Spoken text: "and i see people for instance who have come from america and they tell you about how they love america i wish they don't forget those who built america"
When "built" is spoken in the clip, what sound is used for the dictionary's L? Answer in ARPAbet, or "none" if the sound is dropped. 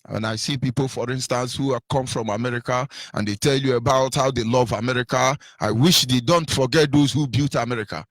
none